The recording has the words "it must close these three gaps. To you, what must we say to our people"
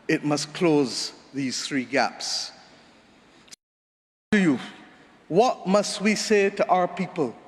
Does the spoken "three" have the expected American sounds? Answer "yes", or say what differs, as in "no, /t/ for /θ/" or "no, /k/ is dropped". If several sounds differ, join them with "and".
yes